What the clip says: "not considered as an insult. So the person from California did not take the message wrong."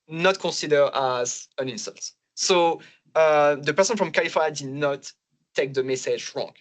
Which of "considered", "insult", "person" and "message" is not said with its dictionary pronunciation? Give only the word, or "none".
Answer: considered